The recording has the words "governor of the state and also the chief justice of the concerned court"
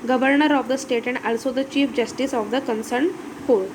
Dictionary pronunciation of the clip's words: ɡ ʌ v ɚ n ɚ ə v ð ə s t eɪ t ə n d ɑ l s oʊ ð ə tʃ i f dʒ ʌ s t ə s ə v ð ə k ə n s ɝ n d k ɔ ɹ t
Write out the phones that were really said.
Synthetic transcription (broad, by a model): ɡ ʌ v ɚ n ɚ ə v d ə s t eɪ t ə n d ɑ l s oʊ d ə tʃ i f dʒ ʌ s t ə s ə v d ə k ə n s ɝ n k ɔ ɹ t